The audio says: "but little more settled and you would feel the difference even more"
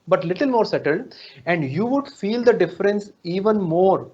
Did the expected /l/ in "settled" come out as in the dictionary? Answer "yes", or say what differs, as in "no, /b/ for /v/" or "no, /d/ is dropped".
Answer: yes